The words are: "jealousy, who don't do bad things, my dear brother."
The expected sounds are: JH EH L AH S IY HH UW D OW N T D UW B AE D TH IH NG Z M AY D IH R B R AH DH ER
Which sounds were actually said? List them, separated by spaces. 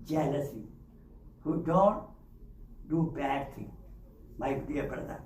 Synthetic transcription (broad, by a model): JH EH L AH S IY HH UW D OW N T D UW B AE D T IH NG M AY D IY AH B R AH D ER